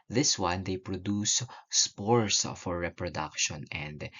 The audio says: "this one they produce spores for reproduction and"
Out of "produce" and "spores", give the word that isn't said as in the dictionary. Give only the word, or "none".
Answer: spores